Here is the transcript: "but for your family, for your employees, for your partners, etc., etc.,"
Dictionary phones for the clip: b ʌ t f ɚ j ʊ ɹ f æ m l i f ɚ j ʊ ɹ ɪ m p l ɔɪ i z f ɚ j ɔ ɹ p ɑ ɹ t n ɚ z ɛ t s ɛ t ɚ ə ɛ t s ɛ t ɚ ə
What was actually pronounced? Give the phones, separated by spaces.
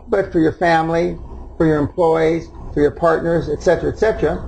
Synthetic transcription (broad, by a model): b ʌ t f ɚ j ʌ ɹ f æ m l i f ɚ j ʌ ɹ ɪ m p l ɔɪ i z f ɚ j ɔ ɹ p ɑ ɹ t n ɚ z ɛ t s ɛ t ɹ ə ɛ t s ɛ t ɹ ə